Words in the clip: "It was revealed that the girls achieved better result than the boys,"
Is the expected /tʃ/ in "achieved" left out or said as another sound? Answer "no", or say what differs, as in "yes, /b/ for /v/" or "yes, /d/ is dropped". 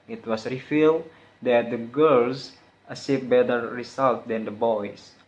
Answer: yes, /s/ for /tʃ/